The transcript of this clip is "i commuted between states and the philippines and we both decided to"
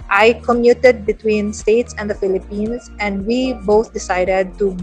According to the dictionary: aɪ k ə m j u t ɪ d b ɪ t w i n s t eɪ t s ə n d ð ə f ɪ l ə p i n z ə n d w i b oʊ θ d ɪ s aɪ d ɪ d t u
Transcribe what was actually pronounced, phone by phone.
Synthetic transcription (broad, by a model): aɪ k ə m j u t ɪ d b ɪ t w i n s t eɪ t s ə n d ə f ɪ l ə p i n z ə n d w i b oʊ t d ɪ s aɪ d ɪ d t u